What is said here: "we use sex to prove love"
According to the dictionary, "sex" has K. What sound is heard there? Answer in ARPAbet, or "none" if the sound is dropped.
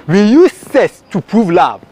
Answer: none